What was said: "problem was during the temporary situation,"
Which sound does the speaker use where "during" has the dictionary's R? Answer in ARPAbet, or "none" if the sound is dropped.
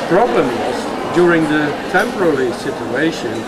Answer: R